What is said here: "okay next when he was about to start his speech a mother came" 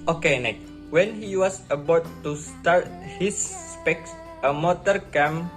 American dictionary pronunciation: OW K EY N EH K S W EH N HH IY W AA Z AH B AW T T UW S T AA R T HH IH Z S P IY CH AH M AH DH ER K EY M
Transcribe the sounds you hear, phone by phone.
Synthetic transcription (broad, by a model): OW K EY N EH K W EH N HH IY W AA S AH B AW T T UW S T AA R T HH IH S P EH S AH M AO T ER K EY M